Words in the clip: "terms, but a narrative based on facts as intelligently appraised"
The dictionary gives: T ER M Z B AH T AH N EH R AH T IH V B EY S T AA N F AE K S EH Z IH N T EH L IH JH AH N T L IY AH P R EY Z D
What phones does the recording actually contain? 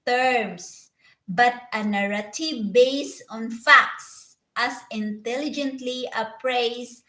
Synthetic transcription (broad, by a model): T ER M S B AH T AH N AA R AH T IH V B EY S AA N F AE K S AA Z IH N T EH L IH JH AH N T L IY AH P R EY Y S